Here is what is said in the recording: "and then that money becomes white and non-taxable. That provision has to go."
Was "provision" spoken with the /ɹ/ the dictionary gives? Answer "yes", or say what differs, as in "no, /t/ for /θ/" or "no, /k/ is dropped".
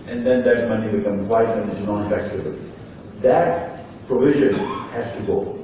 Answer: yes